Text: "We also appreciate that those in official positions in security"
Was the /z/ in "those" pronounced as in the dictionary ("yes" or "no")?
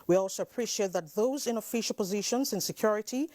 yes